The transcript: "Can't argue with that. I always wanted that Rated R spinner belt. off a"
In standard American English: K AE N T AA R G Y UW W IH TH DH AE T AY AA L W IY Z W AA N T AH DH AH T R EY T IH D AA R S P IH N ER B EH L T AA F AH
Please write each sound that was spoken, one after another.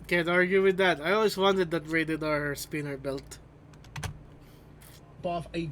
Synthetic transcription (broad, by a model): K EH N AA R G Y UW W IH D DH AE T AY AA L W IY S W AA N T AH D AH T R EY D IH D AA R S P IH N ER B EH L T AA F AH